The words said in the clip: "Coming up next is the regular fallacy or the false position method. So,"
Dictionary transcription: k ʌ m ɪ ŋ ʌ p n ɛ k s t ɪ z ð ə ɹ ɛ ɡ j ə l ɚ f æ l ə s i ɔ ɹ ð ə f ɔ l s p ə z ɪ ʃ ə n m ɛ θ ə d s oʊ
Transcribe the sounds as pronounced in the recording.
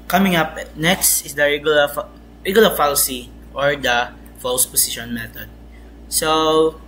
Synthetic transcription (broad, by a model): k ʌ m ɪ ŋ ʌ p n ɛ k s t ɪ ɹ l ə ɹ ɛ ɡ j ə l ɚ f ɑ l s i ɔ ɹ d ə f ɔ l s p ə s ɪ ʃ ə n m ɛ t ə d s oʊ